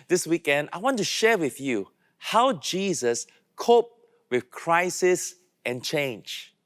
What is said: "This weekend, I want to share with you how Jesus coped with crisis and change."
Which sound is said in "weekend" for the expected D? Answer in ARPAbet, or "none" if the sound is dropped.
D